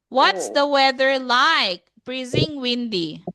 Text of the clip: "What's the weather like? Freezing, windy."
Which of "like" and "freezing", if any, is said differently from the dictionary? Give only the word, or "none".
freezing